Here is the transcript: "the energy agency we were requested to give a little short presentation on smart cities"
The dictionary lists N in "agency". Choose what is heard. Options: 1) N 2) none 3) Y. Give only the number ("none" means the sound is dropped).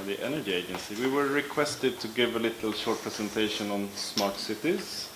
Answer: 1